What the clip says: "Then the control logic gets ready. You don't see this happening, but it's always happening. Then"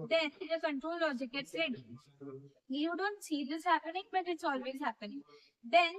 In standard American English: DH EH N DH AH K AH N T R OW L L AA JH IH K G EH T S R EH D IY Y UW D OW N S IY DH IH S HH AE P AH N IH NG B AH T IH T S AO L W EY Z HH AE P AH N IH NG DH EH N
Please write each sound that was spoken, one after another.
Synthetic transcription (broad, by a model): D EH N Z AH K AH N T R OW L L AA JH IH K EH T R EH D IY Y UW D OW N S IY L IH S HH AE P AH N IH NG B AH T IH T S AO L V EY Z HH AE P AH N IH NG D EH N